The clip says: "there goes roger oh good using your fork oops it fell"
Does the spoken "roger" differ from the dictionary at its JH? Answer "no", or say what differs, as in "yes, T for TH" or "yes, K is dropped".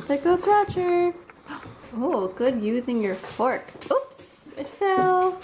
yes, CH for JH